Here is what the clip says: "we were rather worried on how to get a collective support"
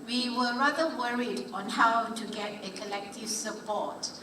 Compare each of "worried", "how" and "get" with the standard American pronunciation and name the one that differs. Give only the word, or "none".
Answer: none